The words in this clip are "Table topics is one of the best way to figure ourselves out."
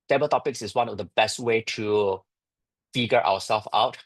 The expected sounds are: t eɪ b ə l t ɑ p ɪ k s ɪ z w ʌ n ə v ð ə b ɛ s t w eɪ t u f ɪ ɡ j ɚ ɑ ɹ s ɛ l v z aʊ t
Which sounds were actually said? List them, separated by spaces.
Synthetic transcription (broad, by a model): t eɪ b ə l t ɑ p ɪ k s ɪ s w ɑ n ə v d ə b ɛ s t w eɪ t u f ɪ ɡ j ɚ ɑ w s ɛ l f aʊ t